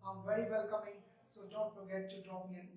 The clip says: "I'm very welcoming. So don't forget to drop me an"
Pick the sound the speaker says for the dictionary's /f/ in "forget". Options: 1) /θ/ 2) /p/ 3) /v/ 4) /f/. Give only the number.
2